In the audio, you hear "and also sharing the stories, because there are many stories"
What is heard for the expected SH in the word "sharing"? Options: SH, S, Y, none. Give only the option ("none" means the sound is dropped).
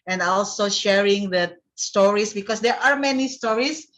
SH